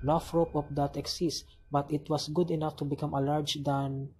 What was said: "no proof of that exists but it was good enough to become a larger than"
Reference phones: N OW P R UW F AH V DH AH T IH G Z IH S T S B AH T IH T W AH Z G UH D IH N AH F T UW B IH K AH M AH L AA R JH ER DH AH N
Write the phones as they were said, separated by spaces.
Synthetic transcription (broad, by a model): N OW F R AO P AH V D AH T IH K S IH S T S B AH T IH T W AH S G UH D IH N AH F T UW B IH K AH M AH L AA R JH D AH N